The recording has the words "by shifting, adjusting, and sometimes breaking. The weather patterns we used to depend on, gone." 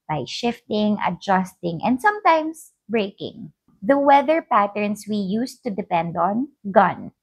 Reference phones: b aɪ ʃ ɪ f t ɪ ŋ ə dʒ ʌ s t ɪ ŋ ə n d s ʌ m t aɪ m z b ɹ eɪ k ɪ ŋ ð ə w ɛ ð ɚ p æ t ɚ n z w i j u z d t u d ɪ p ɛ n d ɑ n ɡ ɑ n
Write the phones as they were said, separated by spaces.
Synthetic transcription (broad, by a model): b aɪ ʃ ɪ f t ɪ ŋ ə dʒ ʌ s t ɪ ŋ ə n d s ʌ m t aɪ m s b ɹ eɪ k ɪ ŋ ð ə w ɛ ð ɚ p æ t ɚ n s w i j u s t u d ɪ p ɛ n d ɑ n ɡ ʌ n